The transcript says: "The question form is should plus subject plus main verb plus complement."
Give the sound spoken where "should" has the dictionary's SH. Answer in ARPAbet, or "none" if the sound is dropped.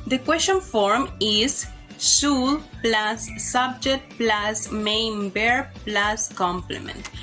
S